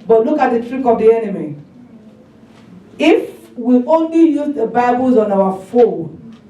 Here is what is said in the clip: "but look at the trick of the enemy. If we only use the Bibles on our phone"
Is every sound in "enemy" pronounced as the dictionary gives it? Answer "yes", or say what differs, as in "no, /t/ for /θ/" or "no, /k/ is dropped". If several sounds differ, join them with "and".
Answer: yes